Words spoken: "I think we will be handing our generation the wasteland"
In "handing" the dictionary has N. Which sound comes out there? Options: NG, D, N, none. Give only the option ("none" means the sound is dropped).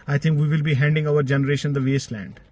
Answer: N